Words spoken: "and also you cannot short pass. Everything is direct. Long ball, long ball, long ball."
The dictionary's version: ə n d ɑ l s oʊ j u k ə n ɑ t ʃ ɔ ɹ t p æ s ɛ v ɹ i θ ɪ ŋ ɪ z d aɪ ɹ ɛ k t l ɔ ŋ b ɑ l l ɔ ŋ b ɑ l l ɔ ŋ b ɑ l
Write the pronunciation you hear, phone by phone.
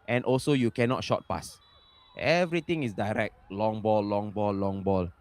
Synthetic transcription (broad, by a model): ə n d ɑ l s oʊ j u k ə n ɑ t ʃ ɔ t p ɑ s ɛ v ɹ i t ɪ ŋ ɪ s d aɪ ɹ ɛ k t l ɔ ŋ b ɑ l l ɔ ŋ b ɑ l l ɔ ŋ b ɑ l